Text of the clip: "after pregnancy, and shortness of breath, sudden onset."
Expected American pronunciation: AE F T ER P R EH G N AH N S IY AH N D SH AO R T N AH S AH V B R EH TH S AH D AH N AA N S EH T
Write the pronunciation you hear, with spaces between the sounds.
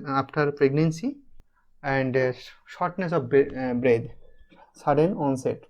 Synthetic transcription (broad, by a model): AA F T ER P R EH G N AH N S IY AH N D SH AO R T N AH S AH B B R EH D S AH D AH N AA N S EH T